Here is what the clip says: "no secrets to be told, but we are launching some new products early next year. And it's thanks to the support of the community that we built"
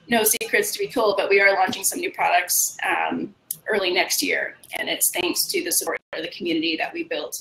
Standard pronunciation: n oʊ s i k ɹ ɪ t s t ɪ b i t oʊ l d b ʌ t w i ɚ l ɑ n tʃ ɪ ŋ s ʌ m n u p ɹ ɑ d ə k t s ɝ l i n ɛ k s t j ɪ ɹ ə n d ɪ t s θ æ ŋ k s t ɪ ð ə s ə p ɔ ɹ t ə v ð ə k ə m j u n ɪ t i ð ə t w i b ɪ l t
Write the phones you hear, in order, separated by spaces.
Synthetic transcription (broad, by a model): n oʊ s i k ɹ ɪ t s t ɪ b i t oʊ l d b ʌ t w i ɚ l ɑ n tʃ ɪ ŋ s ʌ m n u p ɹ ɑ d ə k t s ɝ l i n ɛ k s t j ɪ ɹ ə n ɪ t s θ æ ŋ k s t ɪ ð ə s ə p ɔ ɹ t ə v ð ə k m j u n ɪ t i ð ə t w i b ɪ l t